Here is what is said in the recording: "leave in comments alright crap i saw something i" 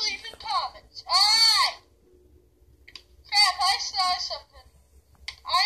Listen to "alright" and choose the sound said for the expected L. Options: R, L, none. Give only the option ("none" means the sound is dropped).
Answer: none